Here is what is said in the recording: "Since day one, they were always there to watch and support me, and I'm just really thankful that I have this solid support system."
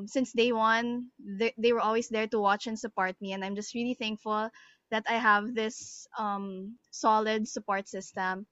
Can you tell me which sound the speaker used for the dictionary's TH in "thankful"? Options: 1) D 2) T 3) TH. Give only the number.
3